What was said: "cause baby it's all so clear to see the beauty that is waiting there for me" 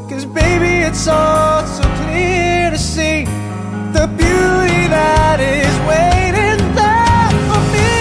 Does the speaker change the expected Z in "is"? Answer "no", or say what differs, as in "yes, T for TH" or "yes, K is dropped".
no